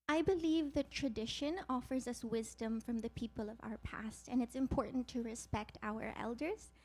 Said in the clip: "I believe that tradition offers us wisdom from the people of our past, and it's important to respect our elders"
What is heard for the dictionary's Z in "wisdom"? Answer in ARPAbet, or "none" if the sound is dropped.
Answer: Z